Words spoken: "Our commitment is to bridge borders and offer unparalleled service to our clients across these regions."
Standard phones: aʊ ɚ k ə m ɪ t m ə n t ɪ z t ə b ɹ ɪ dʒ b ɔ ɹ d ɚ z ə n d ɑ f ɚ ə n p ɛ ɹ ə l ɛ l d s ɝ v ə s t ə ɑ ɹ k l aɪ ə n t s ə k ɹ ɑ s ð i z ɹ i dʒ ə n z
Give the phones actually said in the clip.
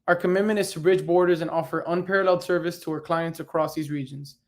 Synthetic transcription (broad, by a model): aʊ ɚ k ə m ɪ t m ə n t ɪ z t ə b ɹ ɪ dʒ b ɔ ɹ d ɚ z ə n ɑ f ɚ ə n p ɛ ɹ ə l ɛ l d s ɝ v ə s t ə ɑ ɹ k l aɪ ə n t s ə k ɹ ɑ s ð i z ɹ i dʒ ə n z